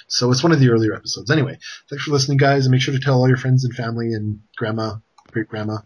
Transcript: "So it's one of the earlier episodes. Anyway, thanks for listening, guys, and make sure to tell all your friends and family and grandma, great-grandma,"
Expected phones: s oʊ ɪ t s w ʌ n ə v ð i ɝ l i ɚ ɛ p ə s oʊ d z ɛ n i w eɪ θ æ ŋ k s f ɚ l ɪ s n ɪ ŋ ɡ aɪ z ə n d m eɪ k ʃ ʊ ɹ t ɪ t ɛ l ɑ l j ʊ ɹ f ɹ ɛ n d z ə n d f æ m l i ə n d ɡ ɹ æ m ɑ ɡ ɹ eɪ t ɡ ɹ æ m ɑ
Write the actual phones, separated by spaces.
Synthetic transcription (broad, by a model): s oʊ ɪ t s w ʌ n ə v ð i ɝ l i ɚ ɛ p ə s oʊ d z ɛ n i w eɪ θ æ ŋ k s f ɚ l ɪ s n ɪ ŋ ɡ aɪ z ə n m eɪ k ʃ ʊ ɹ t ɪ t ɛ l ɑ l j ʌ ɹ f ɹ ɛ n d z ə n f æ m l i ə n ɡ ɹ æ m ɑ ɡ ɹ eɪ t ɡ ɹ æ m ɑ